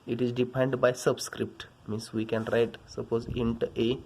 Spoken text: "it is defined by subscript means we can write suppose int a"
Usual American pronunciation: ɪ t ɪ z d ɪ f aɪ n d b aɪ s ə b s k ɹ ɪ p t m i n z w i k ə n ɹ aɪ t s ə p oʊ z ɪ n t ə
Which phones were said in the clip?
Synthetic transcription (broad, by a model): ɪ t ɪ z d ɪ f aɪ n d b aɪ s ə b s k ɹ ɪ p t m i n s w i k ə n ɹ aɪ t s ə p oʊ z ɪ n t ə